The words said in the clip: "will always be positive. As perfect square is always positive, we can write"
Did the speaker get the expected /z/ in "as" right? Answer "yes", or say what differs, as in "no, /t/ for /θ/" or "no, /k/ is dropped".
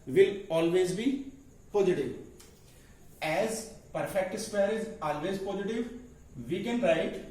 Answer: yes